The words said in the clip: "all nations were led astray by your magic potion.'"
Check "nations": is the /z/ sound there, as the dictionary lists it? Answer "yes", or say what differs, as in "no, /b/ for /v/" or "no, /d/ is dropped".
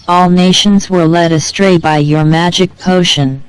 yes